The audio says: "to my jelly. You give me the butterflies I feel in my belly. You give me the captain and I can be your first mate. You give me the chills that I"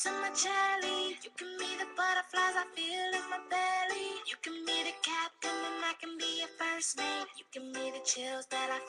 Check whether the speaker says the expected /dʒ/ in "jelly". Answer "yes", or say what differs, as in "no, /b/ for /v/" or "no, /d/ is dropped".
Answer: no, /tʃ/ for /dʒ/